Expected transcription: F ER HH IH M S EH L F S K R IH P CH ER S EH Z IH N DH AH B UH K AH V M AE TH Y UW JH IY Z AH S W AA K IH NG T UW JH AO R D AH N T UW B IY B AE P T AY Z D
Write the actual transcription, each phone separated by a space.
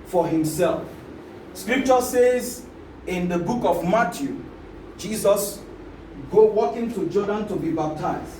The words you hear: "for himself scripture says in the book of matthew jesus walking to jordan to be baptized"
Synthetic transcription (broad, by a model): F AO HH IH M S EH L F S K R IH P CH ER S EH Z IH N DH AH B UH K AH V M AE T Y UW JH IY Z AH S W AA K IH NG T UW JH AO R D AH N T UW B IY B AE P T AY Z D